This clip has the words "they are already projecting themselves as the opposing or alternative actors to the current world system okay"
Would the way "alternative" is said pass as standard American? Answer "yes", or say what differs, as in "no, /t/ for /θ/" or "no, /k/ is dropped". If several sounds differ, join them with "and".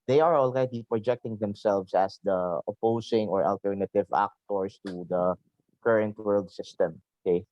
yes